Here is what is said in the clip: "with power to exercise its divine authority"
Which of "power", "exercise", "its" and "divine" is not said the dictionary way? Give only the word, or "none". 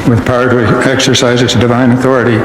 none